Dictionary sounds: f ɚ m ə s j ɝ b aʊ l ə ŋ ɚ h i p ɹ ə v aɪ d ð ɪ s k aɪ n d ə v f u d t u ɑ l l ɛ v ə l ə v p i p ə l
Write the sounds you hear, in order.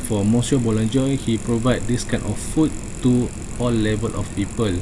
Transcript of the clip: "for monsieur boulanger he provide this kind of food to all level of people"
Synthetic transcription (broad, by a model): f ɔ m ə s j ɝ b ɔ l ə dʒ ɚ h i p ɹ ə v aɪ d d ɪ s k aɪ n ə f f u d t u ɑ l l ɛ v ə l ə f p i p ə l